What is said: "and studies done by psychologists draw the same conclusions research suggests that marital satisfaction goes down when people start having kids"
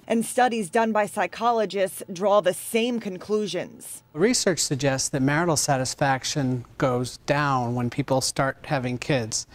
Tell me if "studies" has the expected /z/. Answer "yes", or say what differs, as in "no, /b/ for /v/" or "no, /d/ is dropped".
yes